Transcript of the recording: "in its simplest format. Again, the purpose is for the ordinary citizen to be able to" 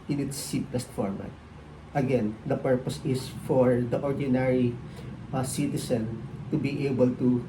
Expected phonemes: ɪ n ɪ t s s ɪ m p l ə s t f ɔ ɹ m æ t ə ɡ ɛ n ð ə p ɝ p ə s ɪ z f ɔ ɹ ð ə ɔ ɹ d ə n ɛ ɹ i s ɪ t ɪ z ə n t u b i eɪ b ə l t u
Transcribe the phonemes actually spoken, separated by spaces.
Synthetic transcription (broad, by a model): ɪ n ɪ t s s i p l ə s t f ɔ ɹ m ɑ t ə ɡ ɛ n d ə p ɝ p ə s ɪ s f ɔ ɹ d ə ɔ ɹ d ə n ɛ ɹ i s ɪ t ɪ s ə n t u b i eɪ b ə l t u